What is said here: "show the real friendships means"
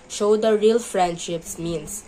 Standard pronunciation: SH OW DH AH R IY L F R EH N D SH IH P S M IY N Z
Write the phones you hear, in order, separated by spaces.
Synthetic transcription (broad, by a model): SH OW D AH R IY L F R EH N D SH IH P S M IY N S